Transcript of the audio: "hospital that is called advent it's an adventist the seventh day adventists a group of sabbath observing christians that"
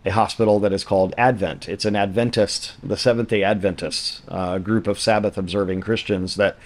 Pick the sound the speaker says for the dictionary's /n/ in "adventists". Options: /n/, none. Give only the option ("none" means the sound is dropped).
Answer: /n/